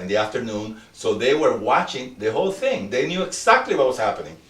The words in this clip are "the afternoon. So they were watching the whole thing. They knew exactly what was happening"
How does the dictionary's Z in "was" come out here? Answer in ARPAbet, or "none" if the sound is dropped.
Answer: S